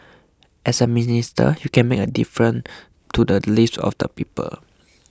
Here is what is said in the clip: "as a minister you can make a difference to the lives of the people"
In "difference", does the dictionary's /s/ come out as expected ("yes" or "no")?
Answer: no